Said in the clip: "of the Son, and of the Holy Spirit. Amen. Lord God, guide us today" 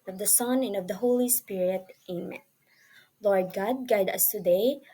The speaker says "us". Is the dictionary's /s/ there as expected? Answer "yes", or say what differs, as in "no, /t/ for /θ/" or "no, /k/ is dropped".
yes